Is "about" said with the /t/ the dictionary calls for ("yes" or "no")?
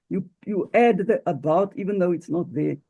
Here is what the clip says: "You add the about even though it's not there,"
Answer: yes